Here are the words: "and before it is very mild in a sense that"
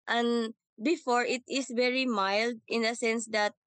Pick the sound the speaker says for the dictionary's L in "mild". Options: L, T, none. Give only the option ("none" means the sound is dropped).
L